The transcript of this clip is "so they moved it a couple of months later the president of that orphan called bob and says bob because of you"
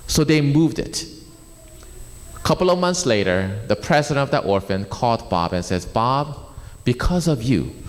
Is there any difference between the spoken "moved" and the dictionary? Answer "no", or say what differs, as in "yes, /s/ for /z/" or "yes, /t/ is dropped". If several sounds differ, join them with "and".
no